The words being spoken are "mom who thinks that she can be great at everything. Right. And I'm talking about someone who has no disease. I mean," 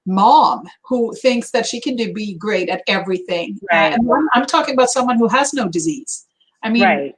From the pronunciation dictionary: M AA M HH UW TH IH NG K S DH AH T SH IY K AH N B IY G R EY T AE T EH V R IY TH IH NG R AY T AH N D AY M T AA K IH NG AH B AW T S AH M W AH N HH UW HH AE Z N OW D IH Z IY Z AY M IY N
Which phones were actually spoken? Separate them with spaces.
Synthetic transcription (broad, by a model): M AA M HH UW TH IH NG K S DH AH T SH IY K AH N B IY G R EY T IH T EH V R IY TH IH NG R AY AH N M AY M T AA K IH NG AH B AW T S AH M W AH N HH UW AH Z N OW D IH Z IY Z AY M IY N